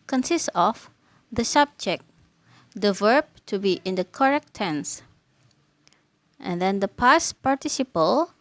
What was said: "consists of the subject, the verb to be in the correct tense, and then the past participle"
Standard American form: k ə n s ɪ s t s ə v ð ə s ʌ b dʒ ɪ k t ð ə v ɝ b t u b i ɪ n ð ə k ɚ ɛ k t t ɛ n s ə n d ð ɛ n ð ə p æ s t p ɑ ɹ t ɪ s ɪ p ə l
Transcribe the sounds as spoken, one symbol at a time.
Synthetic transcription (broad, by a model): k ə n s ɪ s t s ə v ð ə s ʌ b dʒ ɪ k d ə v ɝ b t u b i ɪ n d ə k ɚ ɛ k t t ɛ n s ə n d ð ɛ n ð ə p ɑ s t p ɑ ɹ t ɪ s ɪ p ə l